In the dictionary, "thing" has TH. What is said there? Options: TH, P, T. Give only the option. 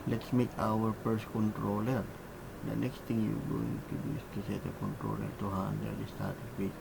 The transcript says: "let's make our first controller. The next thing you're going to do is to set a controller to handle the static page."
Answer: T